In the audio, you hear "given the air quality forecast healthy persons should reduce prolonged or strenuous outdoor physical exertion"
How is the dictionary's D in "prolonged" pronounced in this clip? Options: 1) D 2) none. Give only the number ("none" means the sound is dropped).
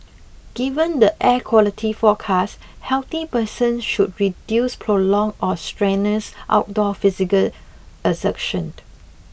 2